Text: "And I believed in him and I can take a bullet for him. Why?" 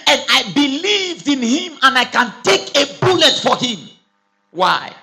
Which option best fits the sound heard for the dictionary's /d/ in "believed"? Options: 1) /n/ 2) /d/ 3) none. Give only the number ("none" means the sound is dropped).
2